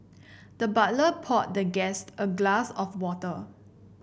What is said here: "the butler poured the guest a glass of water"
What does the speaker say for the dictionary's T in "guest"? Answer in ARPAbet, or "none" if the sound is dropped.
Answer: T